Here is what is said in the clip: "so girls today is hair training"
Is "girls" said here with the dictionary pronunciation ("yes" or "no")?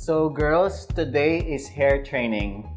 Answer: no